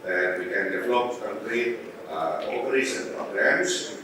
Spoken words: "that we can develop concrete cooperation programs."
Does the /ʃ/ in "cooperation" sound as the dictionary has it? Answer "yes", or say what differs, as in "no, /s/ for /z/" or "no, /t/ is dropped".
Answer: no, /s/ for /ʃ/